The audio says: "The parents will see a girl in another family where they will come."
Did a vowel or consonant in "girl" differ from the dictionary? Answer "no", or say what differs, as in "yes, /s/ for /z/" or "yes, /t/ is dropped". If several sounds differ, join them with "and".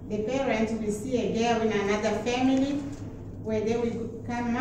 yes, /w/ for /l/